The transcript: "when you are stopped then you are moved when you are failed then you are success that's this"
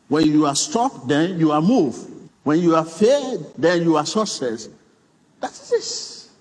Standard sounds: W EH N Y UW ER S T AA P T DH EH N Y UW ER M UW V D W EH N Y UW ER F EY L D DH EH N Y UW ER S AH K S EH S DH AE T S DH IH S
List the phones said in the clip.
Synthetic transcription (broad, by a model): W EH N Y UW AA S T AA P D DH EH N Y UW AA M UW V W EH N Y UW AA F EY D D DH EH N Y UW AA S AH S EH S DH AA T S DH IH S